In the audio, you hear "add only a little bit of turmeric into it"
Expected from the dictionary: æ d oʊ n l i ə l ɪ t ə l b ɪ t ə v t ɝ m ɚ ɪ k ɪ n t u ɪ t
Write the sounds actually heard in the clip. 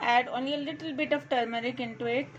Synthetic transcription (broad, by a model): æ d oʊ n i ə l ɪ t ə l b ɪ t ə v t ɝ m ɚ ɪ k ɪ n t u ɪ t